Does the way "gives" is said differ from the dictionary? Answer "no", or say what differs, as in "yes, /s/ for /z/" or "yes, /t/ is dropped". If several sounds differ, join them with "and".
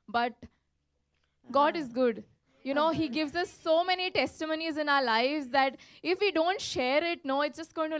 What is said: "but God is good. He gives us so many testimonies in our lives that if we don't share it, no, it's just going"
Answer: no